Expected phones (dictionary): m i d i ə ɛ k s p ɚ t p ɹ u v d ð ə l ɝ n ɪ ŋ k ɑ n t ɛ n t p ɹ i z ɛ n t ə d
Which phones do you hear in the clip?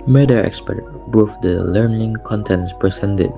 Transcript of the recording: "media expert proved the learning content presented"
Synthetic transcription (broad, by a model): m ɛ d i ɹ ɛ k s p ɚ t b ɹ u f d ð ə l ɝ n ɪ ŋ k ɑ n t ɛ n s p ɹ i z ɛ n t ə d